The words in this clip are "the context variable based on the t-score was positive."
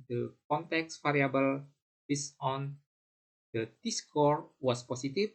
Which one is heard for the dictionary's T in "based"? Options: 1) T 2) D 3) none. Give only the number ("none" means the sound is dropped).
3